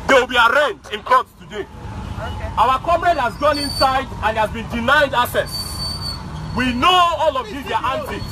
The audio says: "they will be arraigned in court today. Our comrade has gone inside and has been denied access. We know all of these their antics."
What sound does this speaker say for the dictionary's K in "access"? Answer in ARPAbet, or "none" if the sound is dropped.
none